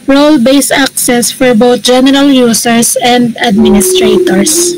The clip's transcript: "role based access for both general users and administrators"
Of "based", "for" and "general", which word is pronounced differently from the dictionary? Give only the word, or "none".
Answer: based